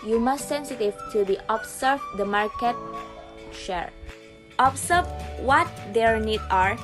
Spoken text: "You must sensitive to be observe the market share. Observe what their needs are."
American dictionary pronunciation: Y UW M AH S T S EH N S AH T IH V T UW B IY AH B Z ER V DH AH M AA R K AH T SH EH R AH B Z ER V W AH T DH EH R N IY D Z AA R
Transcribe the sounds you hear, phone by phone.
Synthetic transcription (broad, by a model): Y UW M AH S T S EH N S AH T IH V T UW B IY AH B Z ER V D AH M AA R K AH T SH EH R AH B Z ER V W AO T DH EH R N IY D AA R